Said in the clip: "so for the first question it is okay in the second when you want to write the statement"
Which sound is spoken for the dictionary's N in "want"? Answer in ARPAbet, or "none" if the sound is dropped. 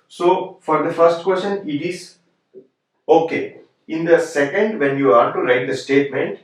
none